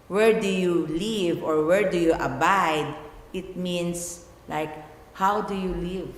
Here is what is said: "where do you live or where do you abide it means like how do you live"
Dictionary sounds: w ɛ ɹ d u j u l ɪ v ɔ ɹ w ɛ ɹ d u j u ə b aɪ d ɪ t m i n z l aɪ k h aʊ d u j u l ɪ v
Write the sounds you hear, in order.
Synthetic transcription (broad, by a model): w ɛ ɹ d u j u l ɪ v ɔ ɹ w ɛ ɹ d u j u ə b aɪ d ɪ t m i n s l aɪ k h aʊ d u j u l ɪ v